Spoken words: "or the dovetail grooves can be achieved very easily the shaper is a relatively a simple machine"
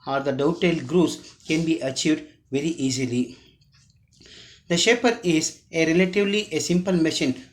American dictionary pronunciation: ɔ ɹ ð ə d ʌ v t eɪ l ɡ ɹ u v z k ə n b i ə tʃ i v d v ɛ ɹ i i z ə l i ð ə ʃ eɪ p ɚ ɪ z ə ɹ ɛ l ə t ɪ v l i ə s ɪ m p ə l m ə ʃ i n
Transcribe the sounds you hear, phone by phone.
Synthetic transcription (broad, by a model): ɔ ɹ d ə d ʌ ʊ t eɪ l ɡ ɹ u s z k ə n b i ə tʃ i v d v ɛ ɹ i i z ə l i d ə ʃ eɪ p ɚ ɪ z ə ɹ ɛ l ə t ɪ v l i ə s ɪ m p ə l m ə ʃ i n